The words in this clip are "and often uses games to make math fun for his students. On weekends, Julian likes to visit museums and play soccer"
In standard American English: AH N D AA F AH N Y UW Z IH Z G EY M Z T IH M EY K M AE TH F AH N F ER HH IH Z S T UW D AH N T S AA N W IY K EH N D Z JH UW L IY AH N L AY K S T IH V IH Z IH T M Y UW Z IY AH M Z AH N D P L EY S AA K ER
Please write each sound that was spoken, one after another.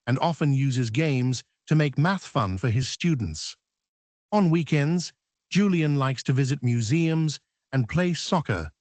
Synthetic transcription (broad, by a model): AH N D AA F AH N Y UW Z IH Z G EY M Z T IH M EY K M AE TH F AH N F ER IH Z S T UW D N T S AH N W IY K EH N D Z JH UW L IY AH N L AY K S T IH V IH Z IH T M Y UW Z IY AH M Z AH N P L EY S AA K ER